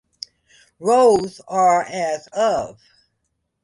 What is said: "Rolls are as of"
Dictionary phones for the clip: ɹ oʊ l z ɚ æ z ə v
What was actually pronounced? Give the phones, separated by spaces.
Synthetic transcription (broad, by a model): ɹ oʊ z ɚ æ z ə v